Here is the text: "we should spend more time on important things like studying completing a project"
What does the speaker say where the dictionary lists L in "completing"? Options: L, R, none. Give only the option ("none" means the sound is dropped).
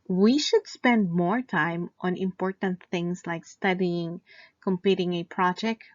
none